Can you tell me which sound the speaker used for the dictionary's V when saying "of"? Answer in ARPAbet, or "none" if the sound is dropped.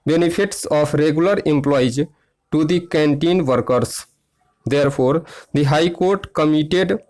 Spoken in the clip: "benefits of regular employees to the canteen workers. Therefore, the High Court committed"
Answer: P